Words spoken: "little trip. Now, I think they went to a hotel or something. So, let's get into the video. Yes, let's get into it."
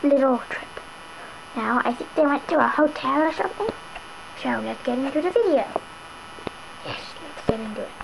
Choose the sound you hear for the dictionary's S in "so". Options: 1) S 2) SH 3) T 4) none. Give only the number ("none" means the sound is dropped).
2